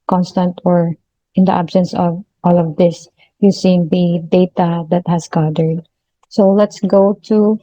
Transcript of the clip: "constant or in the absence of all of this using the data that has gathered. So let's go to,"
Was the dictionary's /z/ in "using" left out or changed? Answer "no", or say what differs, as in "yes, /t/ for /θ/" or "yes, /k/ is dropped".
yes, /s/ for /z/